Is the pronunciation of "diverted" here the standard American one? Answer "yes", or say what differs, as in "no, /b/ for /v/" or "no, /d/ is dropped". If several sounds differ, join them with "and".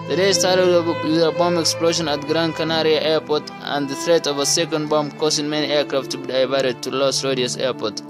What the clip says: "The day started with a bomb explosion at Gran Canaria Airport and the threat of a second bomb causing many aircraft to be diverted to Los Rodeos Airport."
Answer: no, /b/ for /v/